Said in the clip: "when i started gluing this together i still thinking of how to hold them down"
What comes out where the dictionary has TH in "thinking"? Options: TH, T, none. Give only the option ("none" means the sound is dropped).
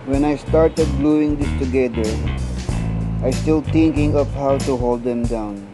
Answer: T